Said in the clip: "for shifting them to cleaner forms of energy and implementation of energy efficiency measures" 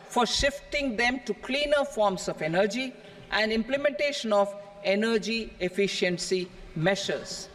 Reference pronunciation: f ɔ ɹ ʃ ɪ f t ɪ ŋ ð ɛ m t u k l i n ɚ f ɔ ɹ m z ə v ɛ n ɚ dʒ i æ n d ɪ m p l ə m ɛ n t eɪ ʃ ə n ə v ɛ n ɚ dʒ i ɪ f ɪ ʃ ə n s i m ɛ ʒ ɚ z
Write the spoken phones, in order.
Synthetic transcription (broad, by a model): f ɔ ɹ ʃ ɪ f t ɪ ŋ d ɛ m t u k l i n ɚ f ɔ ɹ m s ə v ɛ n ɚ dʒ i æ n d ɪ m p l ə m ɛ n t eɪ ʃ ə n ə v ɛ n ɚ dʒ i ɪ f ɪ ʃ ə n s i m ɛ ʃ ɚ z